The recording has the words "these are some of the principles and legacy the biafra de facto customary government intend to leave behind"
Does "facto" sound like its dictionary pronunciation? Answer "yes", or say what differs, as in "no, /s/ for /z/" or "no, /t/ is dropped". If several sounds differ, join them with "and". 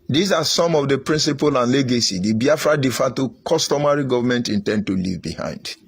no, /k/ is dropped